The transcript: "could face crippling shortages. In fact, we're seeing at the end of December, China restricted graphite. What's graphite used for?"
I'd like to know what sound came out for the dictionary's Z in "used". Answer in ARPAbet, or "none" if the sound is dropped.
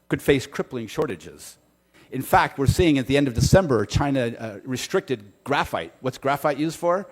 Z